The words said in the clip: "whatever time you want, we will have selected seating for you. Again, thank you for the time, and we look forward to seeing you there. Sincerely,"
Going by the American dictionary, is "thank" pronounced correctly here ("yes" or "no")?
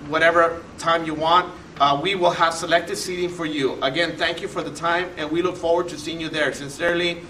yes